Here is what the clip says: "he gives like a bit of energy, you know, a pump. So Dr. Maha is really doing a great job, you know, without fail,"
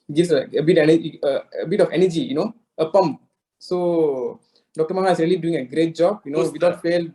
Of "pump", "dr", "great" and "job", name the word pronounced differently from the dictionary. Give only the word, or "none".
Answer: none